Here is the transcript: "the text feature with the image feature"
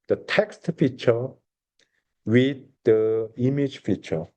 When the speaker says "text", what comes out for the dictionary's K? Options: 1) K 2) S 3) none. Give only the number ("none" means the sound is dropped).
1